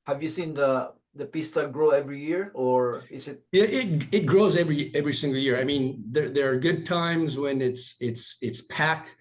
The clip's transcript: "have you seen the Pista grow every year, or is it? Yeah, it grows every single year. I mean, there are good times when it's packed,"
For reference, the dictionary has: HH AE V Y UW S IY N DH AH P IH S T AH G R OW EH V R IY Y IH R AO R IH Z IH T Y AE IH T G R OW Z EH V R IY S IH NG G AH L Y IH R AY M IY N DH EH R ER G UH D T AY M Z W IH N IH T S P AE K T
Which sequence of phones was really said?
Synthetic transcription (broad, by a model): HH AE V Y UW S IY N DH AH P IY S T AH G R OW EH V R IY Y IH R AO R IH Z IH T Y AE IH T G R OW Z EH V R IY S IH NG G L Y IH R AY M IY N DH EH R ER G UH D T AY M Z W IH N IH T S P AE K T